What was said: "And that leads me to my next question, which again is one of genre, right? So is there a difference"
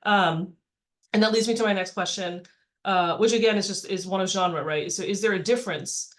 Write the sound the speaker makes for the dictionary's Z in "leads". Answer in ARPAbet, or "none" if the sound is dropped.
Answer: Z